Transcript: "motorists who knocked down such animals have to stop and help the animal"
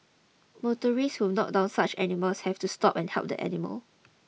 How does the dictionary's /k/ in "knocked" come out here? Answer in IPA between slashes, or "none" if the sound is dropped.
none